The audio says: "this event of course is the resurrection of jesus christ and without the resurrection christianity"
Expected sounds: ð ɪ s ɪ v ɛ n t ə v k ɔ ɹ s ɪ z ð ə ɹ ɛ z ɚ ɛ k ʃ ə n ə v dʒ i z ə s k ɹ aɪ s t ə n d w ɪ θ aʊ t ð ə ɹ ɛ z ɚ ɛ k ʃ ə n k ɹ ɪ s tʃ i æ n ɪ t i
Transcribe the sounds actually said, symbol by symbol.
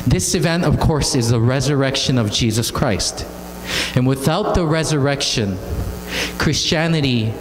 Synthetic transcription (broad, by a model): ð ɪ s ɪ v ɛ n t ə v k ɔ ɹ s ɪ z ð ə ɹ ɛ z ɚ ɛ k ʃ ə n ə v dʒ i z ə s k ɹ aɪ s t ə n w ɪ θ aʊ t ð ə ɹ ɛ z ɚ ɛ k ʃ ə n k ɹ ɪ s tʃ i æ n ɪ t i